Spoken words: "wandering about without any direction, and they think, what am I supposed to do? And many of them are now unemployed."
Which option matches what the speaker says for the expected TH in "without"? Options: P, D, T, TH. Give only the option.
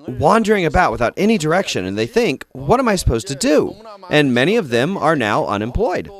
TH